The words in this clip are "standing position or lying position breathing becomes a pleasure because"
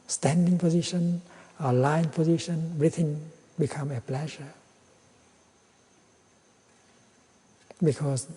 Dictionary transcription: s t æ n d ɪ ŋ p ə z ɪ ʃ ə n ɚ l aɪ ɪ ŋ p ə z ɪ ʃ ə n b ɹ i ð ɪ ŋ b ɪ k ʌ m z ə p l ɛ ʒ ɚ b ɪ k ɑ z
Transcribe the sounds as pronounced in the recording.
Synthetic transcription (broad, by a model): s t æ n d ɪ ŋ p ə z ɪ ʃ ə n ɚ l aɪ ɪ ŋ p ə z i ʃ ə n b ɹ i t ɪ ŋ b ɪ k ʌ m ə p l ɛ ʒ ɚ b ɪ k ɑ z